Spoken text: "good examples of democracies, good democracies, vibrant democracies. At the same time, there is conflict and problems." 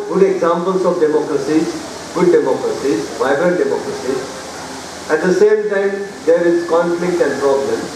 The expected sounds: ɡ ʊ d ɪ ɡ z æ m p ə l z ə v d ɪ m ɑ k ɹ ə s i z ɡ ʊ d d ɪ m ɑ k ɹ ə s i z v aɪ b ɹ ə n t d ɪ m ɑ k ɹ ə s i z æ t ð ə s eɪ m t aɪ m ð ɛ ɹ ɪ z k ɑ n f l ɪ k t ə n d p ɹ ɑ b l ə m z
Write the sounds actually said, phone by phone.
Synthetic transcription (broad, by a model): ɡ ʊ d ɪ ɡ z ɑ m p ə l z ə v d ɪ m ɑ k ɹ ə s i z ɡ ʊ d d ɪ m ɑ k ɹ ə s i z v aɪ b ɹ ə t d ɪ m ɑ k ɹ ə s i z æ t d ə s eɪ m t aɪ m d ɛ ɹ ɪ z k ɑ n f l ɪ k t ə n d p ɹ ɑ b l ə m